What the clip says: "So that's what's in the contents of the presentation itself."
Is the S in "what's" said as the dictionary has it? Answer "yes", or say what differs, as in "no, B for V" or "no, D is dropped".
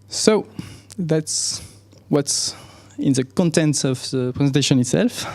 yes